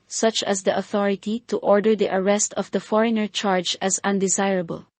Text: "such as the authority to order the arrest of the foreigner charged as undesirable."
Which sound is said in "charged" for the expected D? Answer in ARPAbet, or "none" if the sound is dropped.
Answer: none